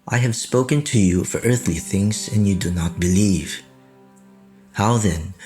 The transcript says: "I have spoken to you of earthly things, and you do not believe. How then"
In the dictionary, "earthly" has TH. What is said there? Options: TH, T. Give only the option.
TH